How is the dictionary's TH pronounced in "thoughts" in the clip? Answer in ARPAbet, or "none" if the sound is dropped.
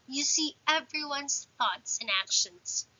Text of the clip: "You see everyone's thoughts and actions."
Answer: TH